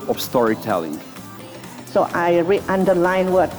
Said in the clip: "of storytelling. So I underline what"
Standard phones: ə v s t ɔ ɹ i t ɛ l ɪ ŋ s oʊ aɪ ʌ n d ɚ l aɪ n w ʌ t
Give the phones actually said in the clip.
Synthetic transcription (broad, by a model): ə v s t ɔ ɹ i t ɛ l ɪ ŋ s oʊ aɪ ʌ n d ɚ l aɪ n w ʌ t